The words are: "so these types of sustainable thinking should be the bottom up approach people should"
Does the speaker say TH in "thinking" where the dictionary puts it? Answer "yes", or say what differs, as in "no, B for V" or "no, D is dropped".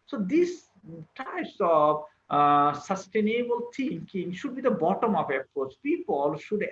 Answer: no, T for TH